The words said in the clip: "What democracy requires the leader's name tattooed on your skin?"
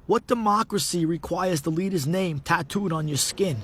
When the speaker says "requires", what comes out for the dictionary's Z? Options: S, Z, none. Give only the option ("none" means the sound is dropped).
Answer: Z